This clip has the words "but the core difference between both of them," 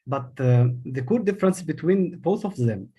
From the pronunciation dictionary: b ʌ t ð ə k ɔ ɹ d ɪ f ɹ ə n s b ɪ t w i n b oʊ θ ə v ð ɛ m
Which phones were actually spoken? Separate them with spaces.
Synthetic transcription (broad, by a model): b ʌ t ð ə k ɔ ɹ d ɪ f ɹ ə n s b ɪ t w i n b oʊ θ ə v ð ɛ m